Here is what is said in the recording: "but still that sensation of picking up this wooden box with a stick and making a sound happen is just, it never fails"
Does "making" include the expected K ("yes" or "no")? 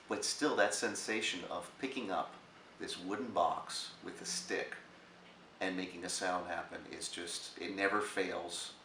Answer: yes